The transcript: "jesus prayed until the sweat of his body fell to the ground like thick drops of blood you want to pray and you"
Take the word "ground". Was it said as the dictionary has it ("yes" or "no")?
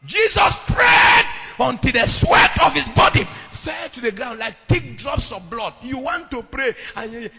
yes